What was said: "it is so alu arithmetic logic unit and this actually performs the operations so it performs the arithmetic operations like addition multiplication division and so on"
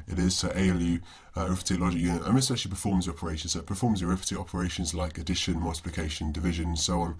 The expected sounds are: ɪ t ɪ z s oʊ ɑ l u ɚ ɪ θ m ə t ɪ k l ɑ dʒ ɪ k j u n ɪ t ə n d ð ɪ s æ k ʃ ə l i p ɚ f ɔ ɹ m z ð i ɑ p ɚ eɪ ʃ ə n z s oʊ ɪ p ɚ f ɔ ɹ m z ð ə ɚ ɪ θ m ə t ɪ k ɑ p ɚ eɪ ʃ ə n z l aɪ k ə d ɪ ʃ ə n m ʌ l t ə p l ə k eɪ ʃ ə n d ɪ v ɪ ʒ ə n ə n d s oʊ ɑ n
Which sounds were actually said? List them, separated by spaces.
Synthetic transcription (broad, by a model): ɪ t ɪ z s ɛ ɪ l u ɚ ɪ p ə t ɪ l ɑ dʒ ɪ k j u n ɪ t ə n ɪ s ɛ ʃ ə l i p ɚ f ɔ m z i ɑ p ɚ eɪ ʃ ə n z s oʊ ɪ p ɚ f ɔ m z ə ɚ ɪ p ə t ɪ ɑ p ɚ eɪ ʃ ə n z l aɪ k ə d ɪ ʃ ə n m ʌ l t ə p l ə k eɪ ʃ ə n d ɪ v ɪ ʒ ə n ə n s oʊ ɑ n